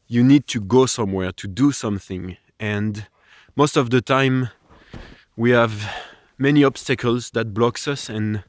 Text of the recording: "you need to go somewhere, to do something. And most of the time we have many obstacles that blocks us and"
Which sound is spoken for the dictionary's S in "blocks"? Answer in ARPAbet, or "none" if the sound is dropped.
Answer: S